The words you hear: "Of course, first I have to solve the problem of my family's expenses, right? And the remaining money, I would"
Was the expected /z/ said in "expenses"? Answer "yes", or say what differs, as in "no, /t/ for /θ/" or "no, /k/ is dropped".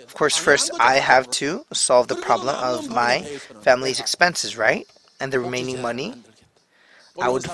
yes